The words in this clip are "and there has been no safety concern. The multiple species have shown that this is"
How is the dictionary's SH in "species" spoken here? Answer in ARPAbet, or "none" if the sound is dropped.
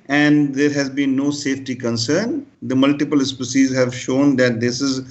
S